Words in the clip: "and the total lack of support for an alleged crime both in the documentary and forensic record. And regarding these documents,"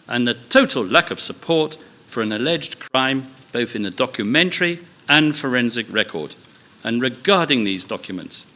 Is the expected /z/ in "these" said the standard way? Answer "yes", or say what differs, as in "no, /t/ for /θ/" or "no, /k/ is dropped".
yes